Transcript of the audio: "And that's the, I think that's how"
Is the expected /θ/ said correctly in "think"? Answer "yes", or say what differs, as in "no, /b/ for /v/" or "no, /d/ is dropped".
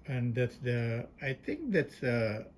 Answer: no, /t/ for /θ/